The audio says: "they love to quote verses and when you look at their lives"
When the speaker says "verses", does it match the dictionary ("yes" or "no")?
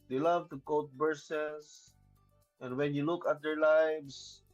no